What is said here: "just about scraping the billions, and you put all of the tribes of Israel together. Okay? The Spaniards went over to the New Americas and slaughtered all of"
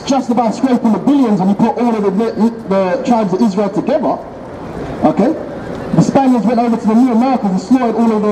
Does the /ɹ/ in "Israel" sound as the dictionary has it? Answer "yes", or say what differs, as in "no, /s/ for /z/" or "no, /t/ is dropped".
yes